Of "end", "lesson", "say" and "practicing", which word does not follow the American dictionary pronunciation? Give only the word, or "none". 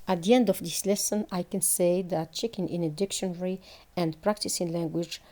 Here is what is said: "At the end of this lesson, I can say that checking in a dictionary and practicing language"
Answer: none